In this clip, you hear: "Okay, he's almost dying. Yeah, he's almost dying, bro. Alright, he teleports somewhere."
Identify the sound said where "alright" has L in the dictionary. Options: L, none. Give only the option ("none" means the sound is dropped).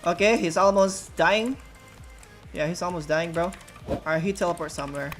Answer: none